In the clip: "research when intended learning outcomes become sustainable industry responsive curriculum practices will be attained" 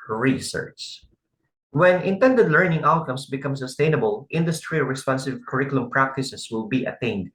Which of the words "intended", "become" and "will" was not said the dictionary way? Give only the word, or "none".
none